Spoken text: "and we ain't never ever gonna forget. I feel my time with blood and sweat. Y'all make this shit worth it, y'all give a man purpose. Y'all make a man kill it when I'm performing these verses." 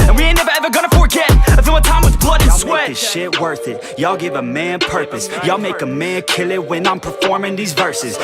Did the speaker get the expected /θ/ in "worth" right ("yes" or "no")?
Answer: yes